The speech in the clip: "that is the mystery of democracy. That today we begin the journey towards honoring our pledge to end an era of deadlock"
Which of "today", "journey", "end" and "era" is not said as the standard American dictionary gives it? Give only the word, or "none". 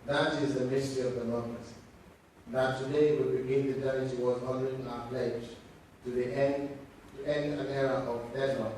journey